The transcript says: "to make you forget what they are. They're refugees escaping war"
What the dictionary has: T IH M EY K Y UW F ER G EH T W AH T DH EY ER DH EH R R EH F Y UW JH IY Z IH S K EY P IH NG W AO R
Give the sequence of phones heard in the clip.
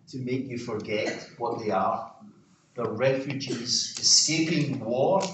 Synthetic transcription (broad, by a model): T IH M EY K Y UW F ER G EH T W AH T DH EY ER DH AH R R EH F Y UW JH IY Z IH S K EY P IH NG W AO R